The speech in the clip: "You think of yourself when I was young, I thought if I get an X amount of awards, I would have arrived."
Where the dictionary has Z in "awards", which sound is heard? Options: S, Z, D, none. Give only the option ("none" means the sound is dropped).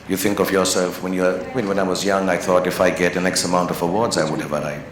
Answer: Z